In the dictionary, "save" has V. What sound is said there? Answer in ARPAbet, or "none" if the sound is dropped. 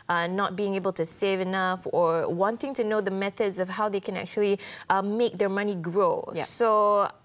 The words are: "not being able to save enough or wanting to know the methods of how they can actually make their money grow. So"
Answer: V